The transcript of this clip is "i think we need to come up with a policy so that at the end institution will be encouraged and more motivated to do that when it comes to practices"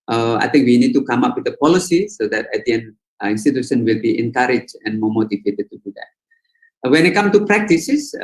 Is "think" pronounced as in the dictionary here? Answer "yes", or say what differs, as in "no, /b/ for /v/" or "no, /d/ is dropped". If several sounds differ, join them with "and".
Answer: no, /t/ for /θ/